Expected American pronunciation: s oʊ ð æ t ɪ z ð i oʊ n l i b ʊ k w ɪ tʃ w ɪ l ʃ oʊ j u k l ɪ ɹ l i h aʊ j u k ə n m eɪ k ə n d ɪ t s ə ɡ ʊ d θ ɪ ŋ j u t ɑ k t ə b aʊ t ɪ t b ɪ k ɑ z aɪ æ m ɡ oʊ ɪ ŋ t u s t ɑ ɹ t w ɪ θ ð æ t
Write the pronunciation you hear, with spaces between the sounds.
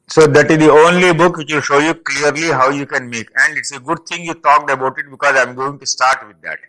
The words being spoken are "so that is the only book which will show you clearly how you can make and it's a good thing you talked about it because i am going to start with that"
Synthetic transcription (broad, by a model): s oʊ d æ t ɪ z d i oʊ n l i b ʊ k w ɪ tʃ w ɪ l ʃ oʊ j u k l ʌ ɹ l i h aʊ j u k ə n m eɪ k ə n d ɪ t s ə ɡ ʊ d t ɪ ŋ j u t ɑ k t ə b aʊ t ɪ t b ɪ k ɑ z aɪ m ɡ oʊ ɪ ŋ t u s t ɑ ɹ t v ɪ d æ t